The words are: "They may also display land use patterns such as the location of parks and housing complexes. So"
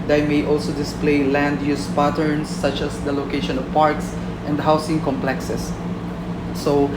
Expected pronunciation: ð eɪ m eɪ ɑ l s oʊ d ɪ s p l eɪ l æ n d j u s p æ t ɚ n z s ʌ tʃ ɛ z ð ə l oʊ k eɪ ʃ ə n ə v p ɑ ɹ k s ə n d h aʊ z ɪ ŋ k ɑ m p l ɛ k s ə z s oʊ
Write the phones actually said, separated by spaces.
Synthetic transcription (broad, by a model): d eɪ m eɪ ɑ l s oʊ d ɪ s p l eɪ l æ n d j u s p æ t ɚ n s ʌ tʃ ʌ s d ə l oʊ k eɪ ʃ ə n ə v p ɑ ɹ k s ə n d h aʊ s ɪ ŋ k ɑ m p l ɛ k s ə s oʊ